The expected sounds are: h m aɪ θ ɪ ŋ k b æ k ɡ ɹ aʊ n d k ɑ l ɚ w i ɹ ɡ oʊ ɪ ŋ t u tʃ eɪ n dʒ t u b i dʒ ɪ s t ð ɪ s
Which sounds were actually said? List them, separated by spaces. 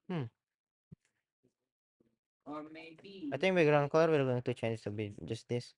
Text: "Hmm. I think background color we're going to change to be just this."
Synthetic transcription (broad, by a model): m aɪ t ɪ ŋ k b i ɡ ɹ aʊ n k ɑ l ɚ w i ɹ ɡ oʊ ɪ ŋ t u tʃ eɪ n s t u b i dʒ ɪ s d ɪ s